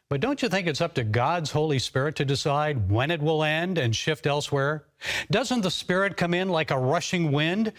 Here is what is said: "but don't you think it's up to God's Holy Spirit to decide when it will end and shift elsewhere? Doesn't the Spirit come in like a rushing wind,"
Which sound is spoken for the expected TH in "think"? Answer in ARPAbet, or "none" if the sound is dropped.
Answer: TH